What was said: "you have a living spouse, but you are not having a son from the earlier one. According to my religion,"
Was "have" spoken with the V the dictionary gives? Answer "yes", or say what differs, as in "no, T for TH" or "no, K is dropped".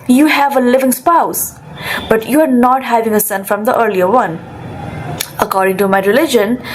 yes